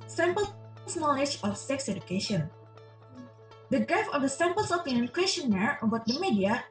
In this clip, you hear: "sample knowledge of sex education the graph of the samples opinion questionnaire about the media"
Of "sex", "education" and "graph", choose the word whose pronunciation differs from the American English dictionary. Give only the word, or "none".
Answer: graph